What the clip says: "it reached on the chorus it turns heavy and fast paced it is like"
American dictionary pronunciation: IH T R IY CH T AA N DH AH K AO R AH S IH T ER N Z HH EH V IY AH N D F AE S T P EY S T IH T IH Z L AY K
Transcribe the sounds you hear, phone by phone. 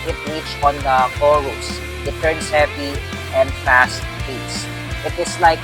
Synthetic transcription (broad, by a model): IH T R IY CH AA N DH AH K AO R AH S IH T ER N S HH EH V IY AH N D F AE S T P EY S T IH T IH S L AY K